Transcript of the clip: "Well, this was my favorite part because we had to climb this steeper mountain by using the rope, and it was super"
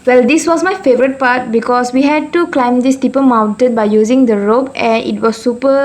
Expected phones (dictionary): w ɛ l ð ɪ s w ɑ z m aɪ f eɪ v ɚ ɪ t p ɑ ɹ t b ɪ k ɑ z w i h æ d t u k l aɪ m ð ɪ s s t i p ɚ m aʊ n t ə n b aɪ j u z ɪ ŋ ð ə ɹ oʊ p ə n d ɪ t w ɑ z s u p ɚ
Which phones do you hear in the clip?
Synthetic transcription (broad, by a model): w ɛ l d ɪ s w ɑ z m aɪ f eɪ v ɚ ɪ t p ɑ t b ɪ k ɑ s w i h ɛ d t u k l aɪ m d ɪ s s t i p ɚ m aʊ n t ə n b aɪ j u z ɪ ŋ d ə ɹ oʊ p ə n ɪ t w ɑ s u p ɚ